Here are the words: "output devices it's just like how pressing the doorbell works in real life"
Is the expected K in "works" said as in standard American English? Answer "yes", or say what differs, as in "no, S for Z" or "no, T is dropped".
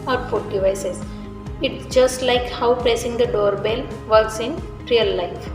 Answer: no, K is dropped